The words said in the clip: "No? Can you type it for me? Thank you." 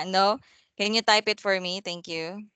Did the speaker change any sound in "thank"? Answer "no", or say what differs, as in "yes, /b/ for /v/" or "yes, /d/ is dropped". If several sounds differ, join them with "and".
yes, /t/ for /θ/